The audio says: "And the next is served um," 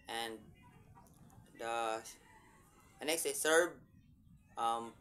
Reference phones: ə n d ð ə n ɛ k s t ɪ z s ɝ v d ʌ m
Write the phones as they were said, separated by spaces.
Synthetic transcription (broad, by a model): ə n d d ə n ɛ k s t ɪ s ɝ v ʌ m